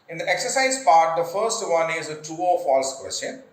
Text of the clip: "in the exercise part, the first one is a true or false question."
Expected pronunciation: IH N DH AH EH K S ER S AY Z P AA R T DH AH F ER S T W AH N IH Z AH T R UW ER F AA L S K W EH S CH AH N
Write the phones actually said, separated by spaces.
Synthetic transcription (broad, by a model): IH N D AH EH K S ER S AY Z P AA R T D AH F ER S T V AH N IH Z AH T UW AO F AA L S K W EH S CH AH N